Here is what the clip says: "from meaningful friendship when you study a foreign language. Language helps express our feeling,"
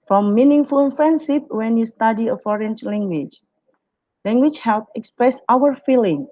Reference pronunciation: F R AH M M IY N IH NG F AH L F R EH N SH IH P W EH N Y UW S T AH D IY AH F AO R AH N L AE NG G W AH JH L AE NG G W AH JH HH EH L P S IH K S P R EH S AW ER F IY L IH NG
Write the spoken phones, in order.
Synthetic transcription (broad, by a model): F R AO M M IY N IH NG F AH L F R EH N S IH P W EH N Y UW S T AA D IY AH F AO R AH N L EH NG G W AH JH L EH NG G W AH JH HH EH L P IH K S P R EH S AW ER F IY L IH NG